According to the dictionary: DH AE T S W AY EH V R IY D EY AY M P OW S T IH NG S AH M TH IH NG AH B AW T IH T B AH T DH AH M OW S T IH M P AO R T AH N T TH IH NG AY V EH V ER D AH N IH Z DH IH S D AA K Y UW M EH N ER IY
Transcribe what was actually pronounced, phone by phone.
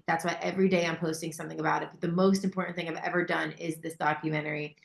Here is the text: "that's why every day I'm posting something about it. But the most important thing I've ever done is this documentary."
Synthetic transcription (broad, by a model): DH AE T S W AY EH V R IY D EY AY M P OW S T IH NG S AH M TH IH NG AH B AW T IH T B AH T DH AH M OW S T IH M P AO R T N TH IH NG AY V EH V ER D AH N IH Z DH IH S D AA K Y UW M EH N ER IY